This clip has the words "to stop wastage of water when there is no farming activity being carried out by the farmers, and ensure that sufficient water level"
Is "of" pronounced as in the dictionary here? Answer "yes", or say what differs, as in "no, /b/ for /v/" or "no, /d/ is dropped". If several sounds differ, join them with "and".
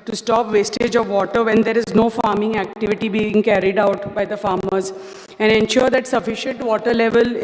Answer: yes